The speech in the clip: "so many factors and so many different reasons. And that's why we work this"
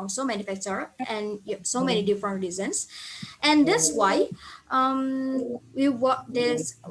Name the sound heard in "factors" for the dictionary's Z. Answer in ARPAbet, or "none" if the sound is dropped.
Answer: none